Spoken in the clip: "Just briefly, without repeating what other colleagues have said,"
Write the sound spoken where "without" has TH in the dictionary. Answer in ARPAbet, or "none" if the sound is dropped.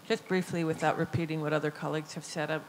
TH